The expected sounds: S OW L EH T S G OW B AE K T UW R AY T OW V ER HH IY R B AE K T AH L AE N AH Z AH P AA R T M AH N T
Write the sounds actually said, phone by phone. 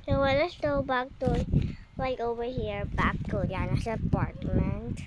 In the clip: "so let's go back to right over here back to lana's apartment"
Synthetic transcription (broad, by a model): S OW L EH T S G OW B AE K T UW L AY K OW V ER HH IY R B AE K T AH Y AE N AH S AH P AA R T M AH N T